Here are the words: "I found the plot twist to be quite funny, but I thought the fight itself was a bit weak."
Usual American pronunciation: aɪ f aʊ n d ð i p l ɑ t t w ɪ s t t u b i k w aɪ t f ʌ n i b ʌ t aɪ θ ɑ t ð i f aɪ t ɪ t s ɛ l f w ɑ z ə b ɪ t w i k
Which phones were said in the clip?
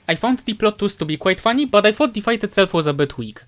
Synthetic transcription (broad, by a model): aɪ f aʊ n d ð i p l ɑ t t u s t t u b i k w aɪ t f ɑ n i b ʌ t aɪ f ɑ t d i f aɪ t ɪ t s ɛ l f w ɑ z ə b ɪ t w i k